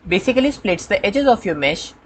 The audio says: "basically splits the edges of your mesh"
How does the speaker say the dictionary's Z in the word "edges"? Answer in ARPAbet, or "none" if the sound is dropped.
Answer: Z